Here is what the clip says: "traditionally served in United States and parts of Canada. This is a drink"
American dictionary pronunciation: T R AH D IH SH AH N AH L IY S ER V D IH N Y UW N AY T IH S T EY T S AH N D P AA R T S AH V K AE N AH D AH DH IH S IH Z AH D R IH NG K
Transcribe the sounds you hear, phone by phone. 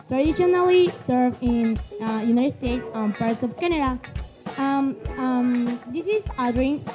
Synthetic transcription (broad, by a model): T R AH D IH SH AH N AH L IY S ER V IH N Y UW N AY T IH S T EY T S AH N P AA R T S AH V K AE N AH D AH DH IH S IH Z AH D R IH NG